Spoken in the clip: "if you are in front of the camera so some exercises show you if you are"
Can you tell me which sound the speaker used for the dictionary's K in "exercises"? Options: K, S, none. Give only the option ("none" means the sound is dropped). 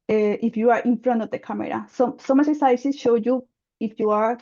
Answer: none